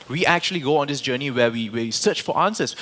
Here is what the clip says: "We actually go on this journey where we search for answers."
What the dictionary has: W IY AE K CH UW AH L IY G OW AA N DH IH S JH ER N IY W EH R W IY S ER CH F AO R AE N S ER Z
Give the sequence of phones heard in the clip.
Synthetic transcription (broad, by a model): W IY AE K CH UW AH L IY G OW AA N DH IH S JH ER N IY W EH W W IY S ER CH F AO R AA N S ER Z